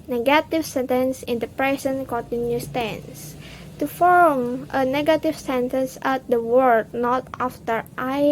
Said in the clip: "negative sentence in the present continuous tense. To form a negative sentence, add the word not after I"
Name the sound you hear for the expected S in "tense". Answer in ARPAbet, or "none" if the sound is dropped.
S